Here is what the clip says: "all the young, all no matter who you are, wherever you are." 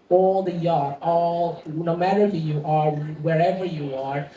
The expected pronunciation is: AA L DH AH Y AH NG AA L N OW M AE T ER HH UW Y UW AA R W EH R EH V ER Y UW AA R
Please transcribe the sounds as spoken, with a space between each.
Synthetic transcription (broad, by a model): AA L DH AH Y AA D AA L N OW M AE T ER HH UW Y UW AA R W EH R EH V ER Y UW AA R